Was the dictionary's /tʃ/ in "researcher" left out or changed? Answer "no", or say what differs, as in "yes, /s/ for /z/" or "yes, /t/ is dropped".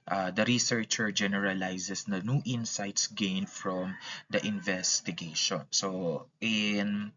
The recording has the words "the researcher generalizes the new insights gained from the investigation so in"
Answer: no